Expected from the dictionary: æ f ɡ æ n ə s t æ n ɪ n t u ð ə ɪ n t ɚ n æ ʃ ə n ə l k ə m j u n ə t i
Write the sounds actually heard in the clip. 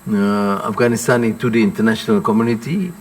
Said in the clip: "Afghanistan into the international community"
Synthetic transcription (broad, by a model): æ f ɡ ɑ n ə s t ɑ n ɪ t u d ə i n t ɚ n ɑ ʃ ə n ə l k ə m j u n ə t i